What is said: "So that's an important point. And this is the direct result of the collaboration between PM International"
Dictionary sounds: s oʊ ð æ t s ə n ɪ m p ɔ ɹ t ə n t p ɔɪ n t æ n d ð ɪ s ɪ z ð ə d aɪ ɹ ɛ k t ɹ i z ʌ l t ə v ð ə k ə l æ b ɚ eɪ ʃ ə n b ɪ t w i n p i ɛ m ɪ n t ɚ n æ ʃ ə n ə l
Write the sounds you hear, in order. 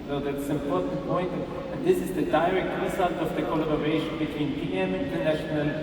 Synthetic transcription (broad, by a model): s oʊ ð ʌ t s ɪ m p ɔ ɹ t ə n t p ɔɪ n t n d ð ɪ s ɪ z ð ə d aɪ ɹ ɛ k t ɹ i s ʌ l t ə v ð ə k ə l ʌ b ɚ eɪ ʃ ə n b ɪ t w i n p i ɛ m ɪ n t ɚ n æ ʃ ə n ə l